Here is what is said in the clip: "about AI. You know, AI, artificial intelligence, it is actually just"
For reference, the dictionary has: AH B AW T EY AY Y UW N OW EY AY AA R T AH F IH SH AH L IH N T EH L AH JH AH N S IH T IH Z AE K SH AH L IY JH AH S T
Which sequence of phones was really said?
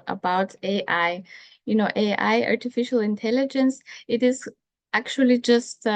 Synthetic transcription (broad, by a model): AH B AW T EY AY Y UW N OW EY AY AA R T AH F IH SH AH L IH N T EH L AH JH AH N S IH T IH Z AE K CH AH L IY JH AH S T